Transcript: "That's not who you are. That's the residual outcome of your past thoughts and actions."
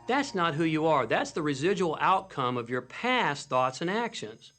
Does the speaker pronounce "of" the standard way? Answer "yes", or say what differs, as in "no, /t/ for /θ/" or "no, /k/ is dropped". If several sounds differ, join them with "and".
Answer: yes